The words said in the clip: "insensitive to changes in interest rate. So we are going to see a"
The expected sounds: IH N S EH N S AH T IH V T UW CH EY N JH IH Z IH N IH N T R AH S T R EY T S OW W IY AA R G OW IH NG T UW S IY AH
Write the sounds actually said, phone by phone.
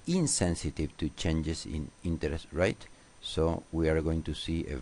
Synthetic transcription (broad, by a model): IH N S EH N S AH T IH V T UW CH EY N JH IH S IH N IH N T R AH S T R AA T S OW W IY AA R G OW IH NG T UW S IY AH